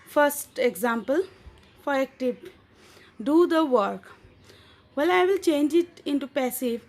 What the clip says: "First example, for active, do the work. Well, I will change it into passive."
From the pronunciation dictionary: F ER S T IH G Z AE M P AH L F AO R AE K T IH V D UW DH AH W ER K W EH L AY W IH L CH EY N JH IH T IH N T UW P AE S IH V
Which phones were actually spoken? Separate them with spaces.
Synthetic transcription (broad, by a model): F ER S T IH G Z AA M P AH L F AO R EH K T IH P D UW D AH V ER K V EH L AY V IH L CH EY N JH IH T IH N T UW P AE S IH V